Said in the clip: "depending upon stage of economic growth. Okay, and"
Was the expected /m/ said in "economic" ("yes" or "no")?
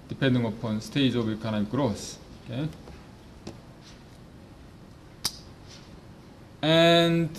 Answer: no